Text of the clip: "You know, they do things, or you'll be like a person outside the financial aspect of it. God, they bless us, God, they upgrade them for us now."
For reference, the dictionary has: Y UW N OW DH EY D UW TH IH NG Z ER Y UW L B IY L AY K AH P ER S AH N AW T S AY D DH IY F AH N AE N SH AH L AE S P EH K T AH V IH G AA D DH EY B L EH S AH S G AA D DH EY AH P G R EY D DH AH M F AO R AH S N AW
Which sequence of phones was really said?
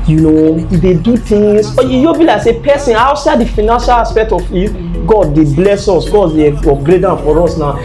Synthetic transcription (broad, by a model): Y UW N OW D EY D UW T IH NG S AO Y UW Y B IY L AY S AH P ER S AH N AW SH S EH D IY F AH N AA N SH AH L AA S P EH K T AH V IH G AA D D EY B L EH S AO S G AA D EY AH G R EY D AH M F AO R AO S N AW